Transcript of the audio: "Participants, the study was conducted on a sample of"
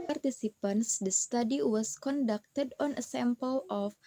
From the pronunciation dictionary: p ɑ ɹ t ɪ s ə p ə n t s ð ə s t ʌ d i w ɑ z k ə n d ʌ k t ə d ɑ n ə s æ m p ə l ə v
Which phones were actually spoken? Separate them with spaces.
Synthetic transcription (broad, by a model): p ɑ ɹ t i s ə p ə n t s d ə s t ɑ d i w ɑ s k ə n d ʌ k t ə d ɑ n ə s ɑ m p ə l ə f